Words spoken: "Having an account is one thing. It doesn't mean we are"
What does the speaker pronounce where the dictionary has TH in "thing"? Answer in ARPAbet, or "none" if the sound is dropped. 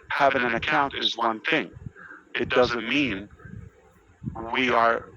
TH